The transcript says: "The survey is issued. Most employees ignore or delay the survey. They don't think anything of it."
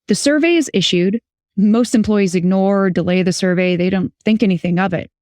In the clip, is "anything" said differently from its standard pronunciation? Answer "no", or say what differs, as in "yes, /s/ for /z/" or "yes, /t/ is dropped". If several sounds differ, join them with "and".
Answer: no